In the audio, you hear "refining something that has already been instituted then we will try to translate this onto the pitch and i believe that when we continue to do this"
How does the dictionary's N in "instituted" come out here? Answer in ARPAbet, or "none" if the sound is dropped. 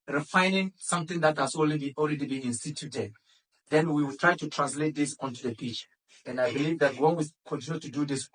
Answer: N